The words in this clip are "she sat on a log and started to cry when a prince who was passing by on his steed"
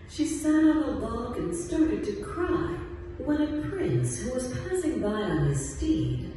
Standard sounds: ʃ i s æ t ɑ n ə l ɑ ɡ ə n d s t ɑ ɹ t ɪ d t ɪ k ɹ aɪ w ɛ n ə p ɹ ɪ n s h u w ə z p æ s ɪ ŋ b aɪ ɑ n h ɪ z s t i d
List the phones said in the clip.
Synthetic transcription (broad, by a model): ʃ i s æ t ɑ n ə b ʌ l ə n s t ɑ ɹ t ɪ d t ɪ k ɹ aɪ w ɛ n ə p ɹ ɪ n s h u w ə z p æ s ɪ ŋ b aɪ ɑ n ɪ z s t i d